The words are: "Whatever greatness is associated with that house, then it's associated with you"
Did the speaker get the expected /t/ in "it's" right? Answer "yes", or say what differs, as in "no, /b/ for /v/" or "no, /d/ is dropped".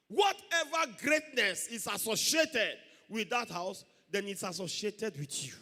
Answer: yes